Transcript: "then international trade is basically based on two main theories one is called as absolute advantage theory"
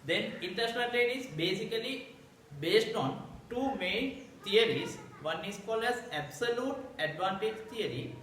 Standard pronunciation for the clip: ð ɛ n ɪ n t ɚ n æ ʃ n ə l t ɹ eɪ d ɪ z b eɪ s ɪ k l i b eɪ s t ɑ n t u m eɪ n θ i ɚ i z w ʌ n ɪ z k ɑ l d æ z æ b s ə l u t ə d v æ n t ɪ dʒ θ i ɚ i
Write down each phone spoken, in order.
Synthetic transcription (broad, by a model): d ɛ n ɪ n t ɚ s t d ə n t eɪ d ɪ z b eɪ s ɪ k l i b eɪ s t ɑ n t u m eɪ n t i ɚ i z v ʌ n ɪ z k ɑ l d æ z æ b s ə l u t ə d v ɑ n t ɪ dʒ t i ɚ i